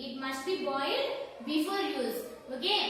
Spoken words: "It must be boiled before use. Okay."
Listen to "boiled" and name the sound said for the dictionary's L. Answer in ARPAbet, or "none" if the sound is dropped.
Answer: none